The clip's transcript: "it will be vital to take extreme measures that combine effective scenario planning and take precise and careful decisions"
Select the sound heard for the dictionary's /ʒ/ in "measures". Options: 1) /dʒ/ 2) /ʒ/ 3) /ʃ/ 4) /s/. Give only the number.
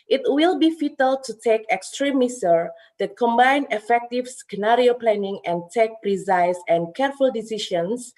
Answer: 4